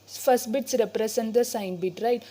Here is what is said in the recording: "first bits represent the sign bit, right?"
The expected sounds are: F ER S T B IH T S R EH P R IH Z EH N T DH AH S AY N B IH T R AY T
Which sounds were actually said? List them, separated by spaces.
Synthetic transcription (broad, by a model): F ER S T B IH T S R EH P R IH S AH N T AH S AY N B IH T R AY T